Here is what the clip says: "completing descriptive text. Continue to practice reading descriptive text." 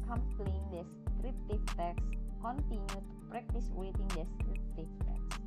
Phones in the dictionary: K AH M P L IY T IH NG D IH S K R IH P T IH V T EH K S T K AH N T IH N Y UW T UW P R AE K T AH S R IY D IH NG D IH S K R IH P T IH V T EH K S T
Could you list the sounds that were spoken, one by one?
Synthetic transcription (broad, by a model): K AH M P L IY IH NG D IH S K R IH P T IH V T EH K S K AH N T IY N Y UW T UW P R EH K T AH S W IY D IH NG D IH S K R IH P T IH F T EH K S